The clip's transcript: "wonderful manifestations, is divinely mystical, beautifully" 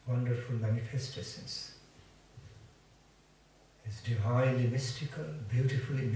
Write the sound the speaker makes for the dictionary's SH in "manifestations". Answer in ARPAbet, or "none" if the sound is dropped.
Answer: S